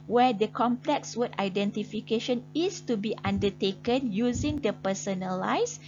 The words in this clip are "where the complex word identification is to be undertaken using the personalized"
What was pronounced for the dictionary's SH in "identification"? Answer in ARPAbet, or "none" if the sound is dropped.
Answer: SH